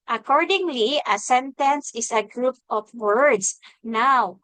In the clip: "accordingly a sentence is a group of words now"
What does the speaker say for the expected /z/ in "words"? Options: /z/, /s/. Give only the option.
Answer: /s/